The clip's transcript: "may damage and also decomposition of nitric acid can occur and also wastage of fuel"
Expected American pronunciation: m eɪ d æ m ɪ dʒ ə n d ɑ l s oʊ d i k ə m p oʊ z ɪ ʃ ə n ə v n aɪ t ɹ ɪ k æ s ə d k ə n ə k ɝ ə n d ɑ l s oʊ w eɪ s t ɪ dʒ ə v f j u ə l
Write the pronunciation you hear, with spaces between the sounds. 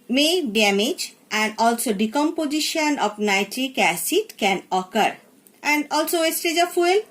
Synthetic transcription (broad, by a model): m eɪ d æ m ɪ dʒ ə n d ɑ l s oʊ d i k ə m p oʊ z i ʃ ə n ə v n aɪ t ɹ ɪ k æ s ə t k ə n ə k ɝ ə n d ɑ l s oʊ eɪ s t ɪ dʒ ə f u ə l